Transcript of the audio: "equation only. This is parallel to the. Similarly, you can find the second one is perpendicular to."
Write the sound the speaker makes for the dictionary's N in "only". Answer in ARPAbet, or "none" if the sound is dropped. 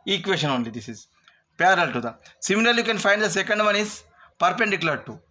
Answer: N